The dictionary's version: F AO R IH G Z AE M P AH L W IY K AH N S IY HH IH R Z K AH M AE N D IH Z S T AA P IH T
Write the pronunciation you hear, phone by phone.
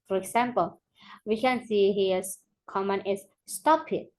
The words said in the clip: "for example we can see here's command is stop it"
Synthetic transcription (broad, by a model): F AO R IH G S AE M P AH L W IY K AH N S IY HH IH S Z K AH M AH N IH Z S T AA P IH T